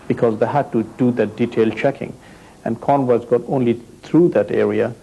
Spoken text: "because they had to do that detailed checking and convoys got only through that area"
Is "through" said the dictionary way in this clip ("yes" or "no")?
no